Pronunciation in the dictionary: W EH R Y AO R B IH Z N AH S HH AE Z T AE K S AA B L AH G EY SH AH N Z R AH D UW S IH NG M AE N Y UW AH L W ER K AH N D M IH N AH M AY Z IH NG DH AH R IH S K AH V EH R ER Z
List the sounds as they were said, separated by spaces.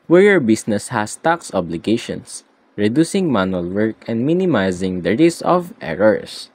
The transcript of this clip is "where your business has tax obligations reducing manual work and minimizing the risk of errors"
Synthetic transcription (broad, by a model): W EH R Y AO R B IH S N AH S HH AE S T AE K S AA B L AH G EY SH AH N S R AH D UW S IH NG M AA N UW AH L W ER K AH N D M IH N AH M AY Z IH NG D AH R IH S AH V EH R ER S